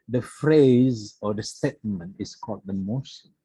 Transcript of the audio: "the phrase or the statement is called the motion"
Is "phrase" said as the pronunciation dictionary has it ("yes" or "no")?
yes